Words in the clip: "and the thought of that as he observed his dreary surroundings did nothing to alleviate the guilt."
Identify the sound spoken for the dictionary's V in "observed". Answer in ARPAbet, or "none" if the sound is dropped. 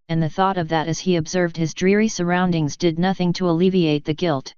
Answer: V